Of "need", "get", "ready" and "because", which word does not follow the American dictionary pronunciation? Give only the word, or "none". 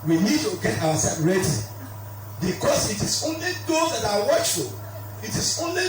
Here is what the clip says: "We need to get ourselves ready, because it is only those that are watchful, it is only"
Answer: because